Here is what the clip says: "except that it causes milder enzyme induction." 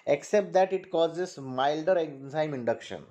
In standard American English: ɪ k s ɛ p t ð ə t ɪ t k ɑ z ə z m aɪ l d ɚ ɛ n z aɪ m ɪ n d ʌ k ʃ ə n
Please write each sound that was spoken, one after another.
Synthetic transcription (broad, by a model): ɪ k s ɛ p t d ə t ɪ t k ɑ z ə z m aɪ l d ɚ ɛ n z aɪ m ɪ n d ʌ k ʃ ə n